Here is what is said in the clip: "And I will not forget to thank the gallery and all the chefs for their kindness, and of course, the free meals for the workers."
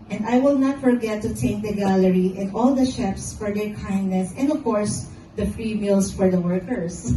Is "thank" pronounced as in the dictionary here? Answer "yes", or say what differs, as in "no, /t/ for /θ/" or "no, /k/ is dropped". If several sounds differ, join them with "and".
no, /ŋ/ is dropped